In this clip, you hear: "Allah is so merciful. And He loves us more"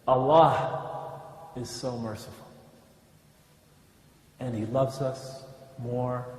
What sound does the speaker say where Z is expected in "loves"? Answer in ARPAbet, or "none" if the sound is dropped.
Z